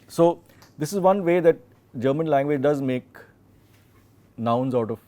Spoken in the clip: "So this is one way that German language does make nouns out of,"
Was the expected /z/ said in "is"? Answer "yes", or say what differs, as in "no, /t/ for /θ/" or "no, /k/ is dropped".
yes